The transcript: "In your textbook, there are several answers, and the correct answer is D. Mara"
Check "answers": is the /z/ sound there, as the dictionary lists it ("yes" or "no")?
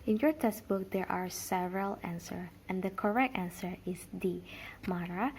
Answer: no